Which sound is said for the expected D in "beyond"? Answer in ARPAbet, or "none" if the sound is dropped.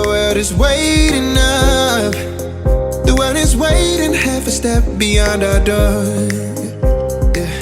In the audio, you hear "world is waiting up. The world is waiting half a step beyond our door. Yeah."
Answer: D